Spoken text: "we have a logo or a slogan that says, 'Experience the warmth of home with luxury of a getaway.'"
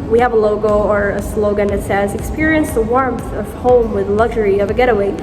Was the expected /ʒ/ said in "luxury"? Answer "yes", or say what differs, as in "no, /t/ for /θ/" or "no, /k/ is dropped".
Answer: yes